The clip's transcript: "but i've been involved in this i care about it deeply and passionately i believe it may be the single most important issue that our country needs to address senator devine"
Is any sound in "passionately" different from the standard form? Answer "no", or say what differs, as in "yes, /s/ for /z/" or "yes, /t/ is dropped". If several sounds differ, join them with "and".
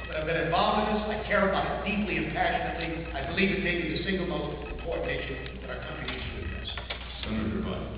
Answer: no